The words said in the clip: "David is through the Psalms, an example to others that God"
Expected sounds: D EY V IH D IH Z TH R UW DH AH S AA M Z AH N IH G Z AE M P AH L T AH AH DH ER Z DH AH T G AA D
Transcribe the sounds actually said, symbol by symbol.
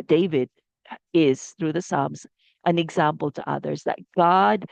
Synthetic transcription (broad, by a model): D EY V IH D IH Z TH R UW DH AH S AA M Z AH N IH G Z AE M P L T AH AH DH ER Z DH AH T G AA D